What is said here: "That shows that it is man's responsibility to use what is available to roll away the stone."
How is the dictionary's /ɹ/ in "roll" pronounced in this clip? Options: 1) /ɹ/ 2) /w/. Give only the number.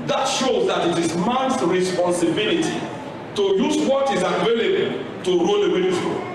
1